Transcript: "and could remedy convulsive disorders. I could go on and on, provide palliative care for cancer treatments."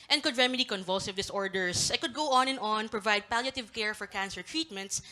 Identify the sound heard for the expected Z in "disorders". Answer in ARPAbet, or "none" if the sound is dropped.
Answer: S